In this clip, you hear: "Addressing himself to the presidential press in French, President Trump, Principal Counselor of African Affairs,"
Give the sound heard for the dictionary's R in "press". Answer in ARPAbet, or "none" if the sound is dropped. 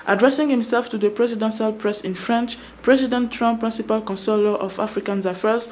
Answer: R